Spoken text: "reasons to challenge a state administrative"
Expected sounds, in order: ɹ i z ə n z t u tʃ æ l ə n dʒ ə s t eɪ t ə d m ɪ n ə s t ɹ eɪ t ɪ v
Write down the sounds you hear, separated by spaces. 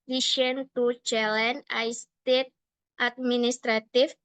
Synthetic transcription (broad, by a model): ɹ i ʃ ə n t u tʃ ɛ l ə n ə s t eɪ t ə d m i n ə s t ɹ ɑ t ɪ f